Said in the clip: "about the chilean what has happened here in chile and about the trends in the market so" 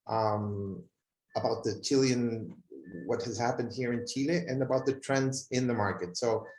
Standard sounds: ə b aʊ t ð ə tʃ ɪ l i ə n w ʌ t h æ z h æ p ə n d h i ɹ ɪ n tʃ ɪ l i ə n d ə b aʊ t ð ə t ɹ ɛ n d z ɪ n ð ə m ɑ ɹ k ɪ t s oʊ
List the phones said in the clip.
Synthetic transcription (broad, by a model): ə b aʊ t ð ə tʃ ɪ l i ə n w ʌ t h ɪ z h æ p ə n d h i ɹ ɪ n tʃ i l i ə n ə b aʊ t ð ə t ɹ ɛ n d z ɪ n ð ə m ɑ ɹ k ɪ t s oʊ